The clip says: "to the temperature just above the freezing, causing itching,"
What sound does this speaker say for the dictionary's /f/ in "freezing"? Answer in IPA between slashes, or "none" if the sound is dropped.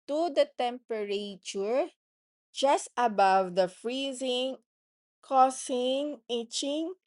/f/